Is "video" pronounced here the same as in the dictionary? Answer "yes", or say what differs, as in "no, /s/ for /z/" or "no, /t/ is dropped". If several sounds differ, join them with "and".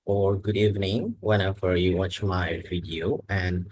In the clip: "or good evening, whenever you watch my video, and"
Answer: no, /w/ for /v/